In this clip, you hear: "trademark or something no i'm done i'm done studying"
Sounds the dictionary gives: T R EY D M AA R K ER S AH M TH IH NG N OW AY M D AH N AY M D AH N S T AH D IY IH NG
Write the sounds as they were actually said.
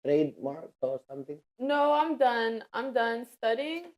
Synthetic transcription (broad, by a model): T R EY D M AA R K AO S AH M T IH NG N OW AY M D AH N AY M D AH N S T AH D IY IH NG